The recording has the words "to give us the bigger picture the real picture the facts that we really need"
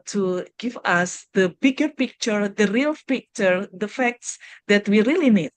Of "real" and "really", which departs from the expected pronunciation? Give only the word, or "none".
none